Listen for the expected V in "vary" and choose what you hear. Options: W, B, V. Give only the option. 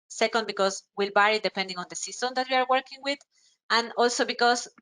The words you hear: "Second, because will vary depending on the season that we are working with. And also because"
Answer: B